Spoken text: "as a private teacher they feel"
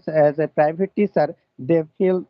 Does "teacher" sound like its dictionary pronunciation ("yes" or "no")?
no